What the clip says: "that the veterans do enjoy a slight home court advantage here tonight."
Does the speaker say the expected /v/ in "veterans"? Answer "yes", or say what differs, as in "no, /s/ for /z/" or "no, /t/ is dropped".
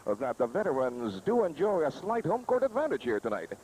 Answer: yes